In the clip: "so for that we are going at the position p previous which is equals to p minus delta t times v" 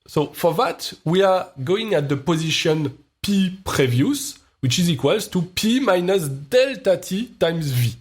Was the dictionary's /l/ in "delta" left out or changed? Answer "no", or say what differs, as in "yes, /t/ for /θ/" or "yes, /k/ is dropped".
no